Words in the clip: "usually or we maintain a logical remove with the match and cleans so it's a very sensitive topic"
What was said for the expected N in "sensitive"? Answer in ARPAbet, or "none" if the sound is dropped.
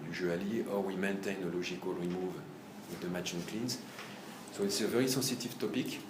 none